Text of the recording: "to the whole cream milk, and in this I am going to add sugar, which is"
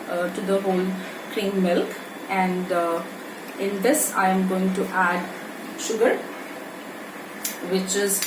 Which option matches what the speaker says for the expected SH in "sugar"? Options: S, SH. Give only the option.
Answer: SH